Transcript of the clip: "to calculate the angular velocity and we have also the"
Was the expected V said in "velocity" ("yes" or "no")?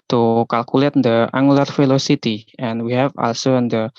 no